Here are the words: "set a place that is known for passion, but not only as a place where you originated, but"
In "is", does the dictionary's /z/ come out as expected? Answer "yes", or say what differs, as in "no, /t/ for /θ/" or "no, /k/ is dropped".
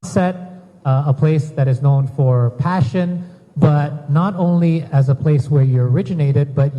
yes